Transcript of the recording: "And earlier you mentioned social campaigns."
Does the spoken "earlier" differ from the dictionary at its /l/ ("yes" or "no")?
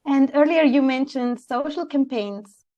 no